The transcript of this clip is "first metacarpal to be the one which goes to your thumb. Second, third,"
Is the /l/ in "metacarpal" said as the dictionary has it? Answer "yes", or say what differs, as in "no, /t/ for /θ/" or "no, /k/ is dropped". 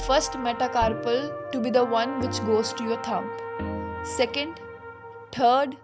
yes